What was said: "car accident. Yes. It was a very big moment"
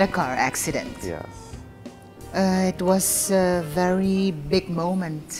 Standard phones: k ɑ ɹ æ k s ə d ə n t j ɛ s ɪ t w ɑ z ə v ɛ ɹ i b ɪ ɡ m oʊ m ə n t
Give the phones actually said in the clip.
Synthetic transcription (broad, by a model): k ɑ ɹ æ k s ə d ə n t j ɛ ɪ t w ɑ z ə v ɛ ɹ i b ɪ ɡ m oʊ m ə n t